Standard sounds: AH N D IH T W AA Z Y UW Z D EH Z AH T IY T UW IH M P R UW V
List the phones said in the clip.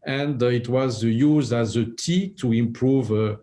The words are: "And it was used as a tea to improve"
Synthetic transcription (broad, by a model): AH N D IH T W AA Z Y UW Z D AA Z AH T IY T UW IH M P R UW V